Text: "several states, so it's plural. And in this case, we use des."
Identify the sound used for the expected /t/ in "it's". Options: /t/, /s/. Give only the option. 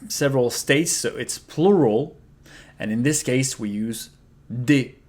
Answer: /t/